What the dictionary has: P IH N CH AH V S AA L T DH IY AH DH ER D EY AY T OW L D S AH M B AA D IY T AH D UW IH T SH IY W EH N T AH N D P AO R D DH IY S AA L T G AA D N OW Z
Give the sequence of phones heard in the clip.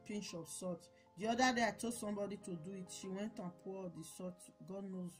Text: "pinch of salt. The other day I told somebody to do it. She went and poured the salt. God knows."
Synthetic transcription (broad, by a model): P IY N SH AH P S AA T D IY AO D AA D EY AY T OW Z S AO M B AA D IY T AH D UW IH T SH IY W EH N T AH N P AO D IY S AA T G AA D N OW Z